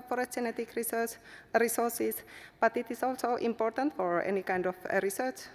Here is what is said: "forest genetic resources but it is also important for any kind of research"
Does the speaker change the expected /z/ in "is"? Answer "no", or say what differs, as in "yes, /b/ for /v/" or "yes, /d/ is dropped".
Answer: yes, /s/ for /z/